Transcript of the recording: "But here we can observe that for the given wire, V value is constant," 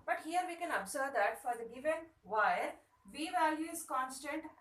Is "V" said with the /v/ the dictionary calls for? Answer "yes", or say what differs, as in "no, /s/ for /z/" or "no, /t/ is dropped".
yes